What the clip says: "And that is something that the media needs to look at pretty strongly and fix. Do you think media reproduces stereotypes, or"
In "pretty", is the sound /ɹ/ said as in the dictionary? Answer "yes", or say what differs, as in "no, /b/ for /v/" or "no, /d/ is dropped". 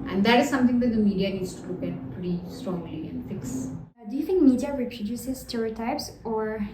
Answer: yes